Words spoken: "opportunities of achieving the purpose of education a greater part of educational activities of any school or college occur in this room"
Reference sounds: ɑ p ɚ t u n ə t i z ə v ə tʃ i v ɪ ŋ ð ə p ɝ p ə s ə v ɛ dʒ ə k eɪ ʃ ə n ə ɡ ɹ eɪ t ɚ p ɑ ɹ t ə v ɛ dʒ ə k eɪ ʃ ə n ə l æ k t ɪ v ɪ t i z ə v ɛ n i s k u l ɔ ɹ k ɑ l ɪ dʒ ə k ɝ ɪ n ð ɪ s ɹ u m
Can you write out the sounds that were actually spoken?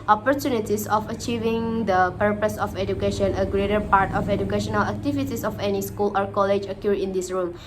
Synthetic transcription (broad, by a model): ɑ p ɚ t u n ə t i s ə f ə tʃ i v ɪ ŋ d ə p ɝ p ə s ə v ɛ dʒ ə k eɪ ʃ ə n ə ɡ ɹ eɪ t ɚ p ɑ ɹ t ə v ɛ dʒ ə k eɪ ʃ ə n ə l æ k t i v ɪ t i s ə f ɛ n i s k u l ɔ ɹ k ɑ l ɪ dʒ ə k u ɪ n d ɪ s ɹ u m